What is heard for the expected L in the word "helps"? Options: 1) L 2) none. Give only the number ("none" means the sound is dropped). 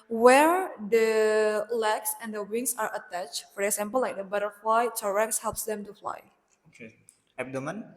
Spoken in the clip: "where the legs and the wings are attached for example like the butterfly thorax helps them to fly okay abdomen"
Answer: 1